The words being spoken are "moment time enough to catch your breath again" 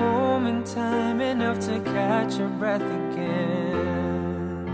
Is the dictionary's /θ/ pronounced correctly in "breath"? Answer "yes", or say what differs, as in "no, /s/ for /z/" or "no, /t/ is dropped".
yes